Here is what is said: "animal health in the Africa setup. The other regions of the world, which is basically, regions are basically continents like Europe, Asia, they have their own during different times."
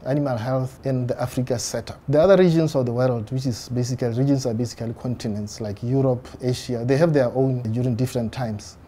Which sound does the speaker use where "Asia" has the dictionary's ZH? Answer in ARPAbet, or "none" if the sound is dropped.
SH